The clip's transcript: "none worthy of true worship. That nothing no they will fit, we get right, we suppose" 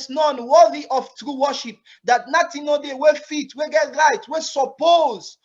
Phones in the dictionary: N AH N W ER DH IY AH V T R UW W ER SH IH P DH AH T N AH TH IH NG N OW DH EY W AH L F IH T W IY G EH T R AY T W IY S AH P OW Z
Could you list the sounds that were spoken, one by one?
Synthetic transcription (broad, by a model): N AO N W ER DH IY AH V T R UW W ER SH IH P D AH T N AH T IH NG N OW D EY W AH F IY T W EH G EH T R AY T W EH S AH P OW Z